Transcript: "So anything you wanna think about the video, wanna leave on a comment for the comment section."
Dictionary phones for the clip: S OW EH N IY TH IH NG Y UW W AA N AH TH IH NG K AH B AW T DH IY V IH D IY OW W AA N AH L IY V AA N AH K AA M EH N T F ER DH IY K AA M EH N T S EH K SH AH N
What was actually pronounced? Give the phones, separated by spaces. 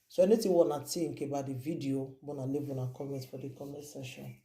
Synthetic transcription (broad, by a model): S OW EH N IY T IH W AA N AH T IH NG K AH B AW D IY V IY D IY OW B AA N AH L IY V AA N AH K AA M EH N T F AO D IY K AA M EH T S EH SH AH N